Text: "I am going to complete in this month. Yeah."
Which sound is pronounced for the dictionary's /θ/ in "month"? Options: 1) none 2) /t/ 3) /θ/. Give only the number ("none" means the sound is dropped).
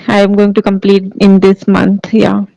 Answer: 2